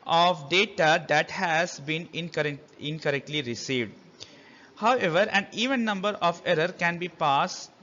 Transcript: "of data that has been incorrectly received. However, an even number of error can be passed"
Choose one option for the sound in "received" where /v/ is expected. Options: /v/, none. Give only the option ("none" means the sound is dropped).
/v/